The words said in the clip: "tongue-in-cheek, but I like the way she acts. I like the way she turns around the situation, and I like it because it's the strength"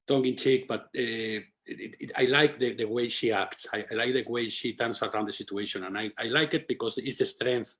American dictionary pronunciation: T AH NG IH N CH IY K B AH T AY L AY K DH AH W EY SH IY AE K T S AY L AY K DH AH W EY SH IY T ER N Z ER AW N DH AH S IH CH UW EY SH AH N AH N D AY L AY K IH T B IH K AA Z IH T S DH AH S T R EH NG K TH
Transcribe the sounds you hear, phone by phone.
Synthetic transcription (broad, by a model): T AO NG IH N CH IY K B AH T AY L AY K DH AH W EY SH IY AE K T S AY L AY K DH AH W EY SH IY T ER N S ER AW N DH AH S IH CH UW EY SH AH N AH N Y AY L AY K IH T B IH K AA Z IH T S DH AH S T R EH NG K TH